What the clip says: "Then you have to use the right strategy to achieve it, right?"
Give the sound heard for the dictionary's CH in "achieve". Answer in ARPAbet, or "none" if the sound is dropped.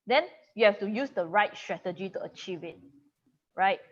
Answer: CH